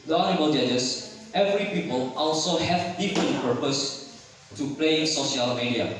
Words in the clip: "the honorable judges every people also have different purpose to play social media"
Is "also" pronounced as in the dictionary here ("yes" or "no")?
yes